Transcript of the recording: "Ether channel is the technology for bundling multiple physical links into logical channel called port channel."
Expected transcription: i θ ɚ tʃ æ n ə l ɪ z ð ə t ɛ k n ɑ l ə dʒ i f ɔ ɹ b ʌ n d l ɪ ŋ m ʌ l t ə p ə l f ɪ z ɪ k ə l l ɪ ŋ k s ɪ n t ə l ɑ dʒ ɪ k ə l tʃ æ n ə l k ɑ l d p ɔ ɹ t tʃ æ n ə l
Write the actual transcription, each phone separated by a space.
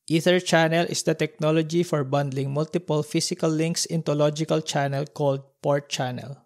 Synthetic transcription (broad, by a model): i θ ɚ tʃ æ n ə l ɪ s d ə t ɛ k n ɑ l ə dʒ i f ɔ ɹ b ʌ n d l ɪ ŋ m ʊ l t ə p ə l f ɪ s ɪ k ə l l ɪ ŋ k s ɪ n t ə l ɑ dʒ ɪ k ə l tʃ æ n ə l k ɑ l d p ɔ ɹ t tʃ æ n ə l